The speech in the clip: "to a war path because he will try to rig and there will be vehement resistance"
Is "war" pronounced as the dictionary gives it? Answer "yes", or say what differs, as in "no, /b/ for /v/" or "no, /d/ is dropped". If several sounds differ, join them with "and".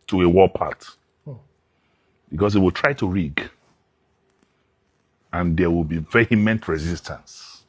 no, /l/ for /ɹ/